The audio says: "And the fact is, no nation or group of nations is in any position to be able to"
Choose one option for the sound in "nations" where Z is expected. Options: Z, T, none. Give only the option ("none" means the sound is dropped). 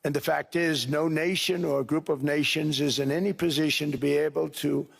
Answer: Z